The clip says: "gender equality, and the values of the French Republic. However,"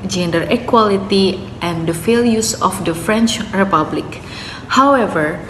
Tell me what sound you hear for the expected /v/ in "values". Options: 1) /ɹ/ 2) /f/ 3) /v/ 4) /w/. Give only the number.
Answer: 2